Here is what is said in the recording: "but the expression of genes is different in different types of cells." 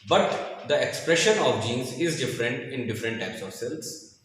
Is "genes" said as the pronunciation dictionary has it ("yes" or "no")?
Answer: yes